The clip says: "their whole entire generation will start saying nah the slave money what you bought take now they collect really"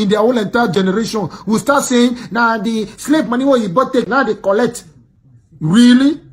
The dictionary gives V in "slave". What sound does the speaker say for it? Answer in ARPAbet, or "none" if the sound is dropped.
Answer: P